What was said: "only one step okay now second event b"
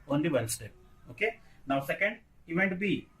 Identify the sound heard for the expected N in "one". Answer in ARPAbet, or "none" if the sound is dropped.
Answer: L